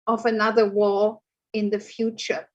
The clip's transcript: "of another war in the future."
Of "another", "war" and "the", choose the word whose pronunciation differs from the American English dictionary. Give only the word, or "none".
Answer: war